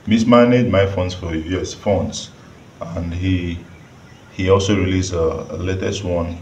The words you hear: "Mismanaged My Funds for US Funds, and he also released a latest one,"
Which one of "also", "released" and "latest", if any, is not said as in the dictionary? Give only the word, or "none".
released